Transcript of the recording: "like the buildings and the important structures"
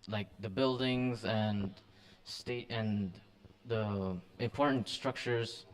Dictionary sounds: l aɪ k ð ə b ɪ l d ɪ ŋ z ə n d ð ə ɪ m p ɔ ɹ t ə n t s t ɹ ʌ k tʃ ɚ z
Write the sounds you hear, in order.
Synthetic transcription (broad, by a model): l aɪ k ð ə b ɪ l d ɪ ŋ z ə n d ð ə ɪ m p ɔ ɹ t n t s t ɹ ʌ k tʃ ɚ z